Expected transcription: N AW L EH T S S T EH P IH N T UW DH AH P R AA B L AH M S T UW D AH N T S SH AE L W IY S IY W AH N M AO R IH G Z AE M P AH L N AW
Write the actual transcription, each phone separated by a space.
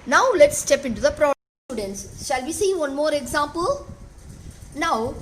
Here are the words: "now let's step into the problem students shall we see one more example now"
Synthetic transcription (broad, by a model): N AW L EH T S S T EH P IH N T UW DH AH P R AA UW D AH N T S SH AE L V IY S IY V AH N M AO R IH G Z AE M P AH L N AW